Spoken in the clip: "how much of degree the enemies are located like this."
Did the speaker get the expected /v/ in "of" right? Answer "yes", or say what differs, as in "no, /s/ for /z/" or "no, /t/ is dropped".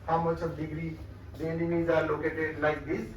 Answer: no, /b/ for /v/